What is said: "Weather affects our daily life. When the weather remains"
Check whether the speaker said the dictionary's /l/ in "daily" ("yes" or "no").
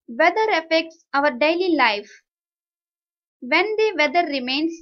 yes